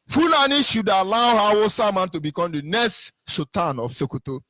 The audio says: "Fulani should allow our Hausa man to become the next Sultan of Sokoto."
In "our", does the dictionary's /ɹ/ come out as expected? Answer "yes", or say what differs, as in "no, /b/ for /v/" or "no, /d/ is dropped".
no, /w/ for /ɹ/